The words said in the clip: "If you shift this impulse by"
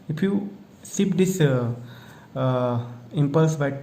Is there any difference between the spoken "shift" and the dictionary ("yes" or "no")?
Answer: yes